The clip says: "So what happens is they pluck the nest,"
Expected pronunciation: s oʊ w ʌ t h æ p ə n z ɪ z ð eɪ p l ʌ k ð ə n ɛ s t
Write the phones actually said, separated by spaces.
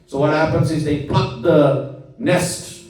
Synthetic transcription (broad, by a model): s oʊ w ʌ t h æ p ə n z ɪ z ð eɪ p ʌ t ð ə n ɛ s t